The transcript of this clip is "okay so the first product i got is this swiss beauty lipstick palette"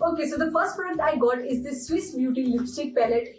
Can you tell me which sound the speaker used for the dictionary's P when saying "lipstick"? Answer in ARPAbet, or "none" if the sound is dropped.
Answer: none